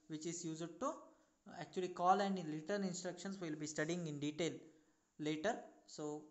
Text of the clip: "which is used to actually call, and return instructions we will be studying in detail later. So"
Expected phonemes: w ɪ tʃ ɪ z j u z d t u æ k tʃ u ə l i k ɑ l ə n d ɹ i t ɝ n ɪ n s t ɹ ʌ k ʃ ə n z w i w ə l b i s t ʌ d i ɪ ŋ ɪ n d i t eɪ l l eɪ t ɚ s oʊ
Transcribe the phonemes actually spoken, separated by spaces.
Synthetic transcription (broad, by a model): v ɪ tʃ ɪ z j u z d t u æ k tʃ u ə l i k ɑ l ə n d l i t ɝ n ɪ n s t ɹ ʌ k ʃ ə n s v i l b i s t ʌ d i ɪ ŋ ɪ n d i t eɪ l l eɪ t ɚ s oʊ